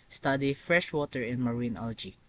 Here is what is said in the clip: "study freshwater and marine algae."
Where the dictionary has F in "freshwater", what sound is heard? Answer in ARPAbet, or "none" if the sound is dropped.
F